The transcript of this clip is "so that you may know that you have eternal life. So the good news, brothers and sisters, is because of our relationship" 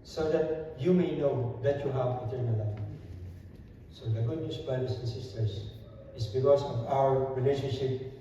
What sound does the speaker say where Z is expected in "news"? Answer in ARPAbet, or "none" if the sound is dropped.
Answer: S